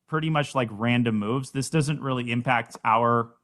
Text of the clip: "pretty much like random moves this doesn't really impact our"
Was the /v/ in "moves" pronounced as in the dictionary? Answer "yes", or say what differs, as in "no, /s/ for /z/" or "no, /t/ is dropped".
yes